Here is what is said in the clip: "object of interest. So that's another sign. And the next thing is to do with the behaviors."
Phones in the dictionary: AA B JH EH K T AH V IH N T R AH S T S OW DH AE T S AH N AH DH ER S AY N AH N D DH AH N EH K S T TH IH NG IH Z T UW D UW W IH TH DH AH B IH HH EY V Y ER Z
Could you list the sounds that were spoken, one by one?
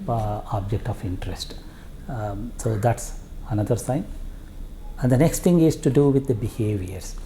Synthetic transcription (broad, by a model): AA B JH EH K T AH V IH N T R AH S T S OW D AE T S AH N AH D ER S AY N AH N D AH N EH K S T T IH NG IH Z T UW D UW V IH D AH B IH HH EY V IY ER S